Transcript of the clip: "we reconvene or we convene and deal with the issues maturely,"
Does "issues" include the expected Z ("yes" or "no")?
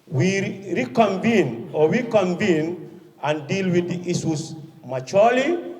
no